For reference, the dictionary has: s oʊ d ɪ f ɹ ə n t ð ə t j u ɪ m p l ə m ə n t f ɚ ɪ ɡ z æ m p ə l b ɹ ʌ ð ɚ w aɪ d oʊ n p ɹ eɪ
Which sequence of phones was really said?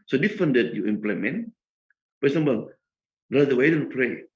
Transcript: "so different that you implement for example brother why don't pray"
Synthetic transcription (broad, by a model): s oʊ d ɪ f ə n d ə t j u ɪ m p l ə m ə n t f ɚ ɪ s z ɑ m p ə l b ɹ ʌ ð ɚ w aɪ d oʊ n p ɹ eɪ